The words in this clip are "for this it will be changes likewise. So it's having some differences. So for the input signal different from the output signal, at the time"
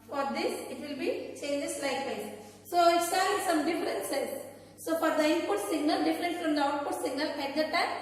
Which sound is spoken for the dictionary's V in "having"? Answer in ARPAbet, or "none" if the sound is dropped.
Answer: none